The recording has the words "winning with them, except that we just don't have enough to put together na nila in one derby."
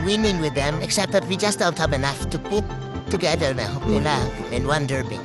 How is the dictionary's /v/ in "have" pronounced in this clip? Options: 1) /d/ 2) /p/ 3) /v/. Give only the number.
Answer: 2